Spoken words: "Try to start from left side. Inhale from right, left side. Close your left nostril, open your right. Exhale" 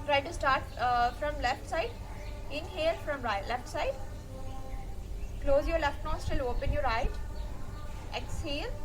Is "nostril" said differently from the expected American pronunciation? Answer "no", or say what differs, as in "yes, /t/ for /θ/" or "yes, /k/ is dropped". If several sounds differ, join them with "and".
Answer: yes, /ɹ/ is dropped